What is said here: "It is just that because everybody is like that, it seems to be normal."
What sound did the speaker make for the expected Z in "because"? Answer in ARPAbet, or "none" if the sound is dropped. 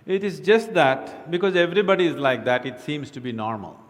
Z